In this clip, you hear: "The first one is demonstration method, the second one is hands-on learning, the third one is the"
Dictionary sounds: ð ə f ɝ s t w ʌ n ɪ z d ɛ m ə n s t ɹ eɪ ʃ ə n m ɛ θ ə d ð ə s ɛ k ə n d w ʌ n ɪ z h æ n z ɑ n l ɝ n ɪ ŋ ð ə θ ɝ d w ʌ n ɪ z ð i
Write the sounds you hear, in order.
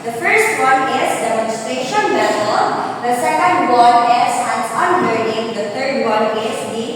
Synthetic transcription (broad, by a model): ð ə f ɝ s t w ʌ n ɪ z d ɛ m ə n s t ɹ eɪ ʃ ə n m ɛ s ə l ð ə s ɛ k ə n d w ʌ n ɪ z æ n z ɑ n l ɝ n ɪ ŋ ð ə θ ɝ d w ʌ n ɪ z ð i